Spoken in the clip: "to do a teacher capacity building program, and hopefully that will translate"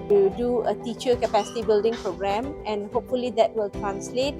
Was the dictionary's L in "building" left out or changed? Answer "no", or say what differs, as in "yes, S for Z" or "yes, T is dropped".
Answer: no